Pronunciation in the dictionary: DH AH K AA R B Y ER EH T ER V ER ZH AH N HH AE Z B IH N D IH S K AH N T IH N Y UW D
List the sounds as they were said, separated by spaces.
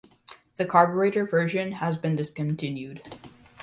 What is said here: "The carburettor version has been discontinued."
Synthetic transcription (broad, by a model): DH AH K AA R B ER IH T ER V ER ZH AH N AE Z B IH N D IH S K AH N T IH N Y UW D